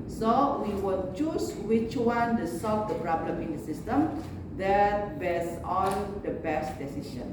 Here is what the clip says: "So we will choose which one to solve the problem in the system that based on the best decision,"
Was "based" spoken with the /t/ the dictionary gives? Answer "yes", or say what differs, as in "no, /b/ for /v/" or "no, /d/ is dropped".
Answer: no, /t/ is dropped